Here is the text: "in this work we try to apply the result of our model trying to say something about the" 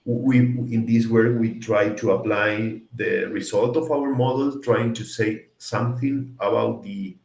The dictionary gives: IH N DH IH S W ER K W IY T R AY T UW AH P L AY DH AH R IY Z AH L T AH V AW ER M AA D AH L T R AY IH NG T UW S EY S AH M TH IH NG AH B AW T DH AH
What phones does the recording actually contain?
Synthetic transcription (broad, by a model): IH N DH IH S W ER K W IY T R AY T UW AH P L AY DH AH R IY S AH L T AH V AW ER M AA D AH L T R AY IH NG T UW S EY S AH M TH IH NG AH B AW T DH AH